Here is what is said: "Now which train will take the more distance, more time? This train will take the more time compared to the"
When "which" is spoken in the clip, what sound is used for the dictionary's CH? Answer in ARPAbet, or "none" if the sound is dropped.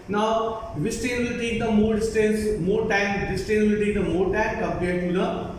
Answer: S